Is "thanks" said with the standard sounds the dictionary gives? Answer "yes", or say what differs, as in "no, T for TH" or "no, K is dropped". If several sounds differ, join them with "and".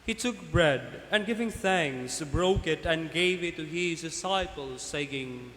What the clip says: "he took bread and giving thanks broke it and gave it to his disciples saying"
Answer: yes